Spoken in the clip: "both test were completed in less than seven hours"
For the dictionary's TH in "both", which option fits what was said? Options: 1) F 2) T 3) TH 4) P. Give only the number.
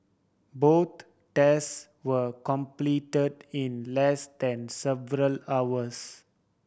2